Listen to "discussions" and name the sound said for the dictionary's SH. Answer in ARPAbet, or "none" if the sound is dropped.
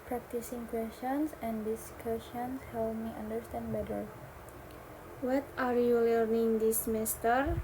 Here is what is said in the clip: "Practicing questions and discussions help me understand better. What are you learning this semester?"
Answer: S